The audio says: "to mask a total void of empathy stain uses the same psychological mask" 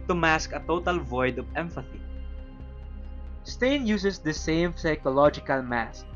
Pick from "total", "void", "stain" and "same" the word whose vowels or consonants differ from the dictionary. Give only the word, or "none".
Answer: none